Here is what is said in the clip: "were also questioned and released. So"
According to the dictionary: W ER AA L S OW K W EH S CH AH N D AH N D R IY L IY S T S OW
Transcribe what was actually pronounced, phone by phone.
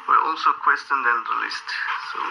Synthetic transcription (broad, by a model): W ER AA L S OW K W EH S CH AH N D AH N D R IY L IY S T S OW